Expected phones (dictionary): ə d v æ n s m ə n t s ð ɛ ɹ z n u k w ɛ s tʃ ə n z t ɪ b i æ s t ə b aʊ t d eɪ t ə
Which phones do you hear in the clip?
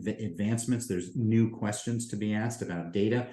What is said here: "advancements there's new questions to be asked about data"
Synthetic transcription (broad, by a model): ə d v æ n s m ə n t s ð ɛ ɹ z n u k w ɛ s tʃ ə n z t ɪ b i æ s t ə b aʊ t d eɪ t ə